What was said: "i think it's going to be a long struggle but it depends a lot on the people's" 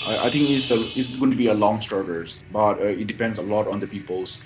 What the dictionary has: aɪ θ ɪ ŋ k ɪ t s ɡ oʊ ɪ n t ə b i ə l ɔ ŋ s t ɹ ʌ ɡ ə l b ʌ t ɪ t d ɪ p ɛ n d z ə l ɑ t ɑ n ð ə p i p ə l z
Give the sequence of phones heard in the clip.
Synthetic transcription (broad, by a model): aɪ t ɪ ŋ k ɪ s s ɡ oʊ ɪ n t b i ə l ɔ ŋ s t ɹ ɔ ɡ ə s b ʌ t ɪ t d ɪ p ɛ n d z ə l ɑ t ɑ n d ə p i p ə l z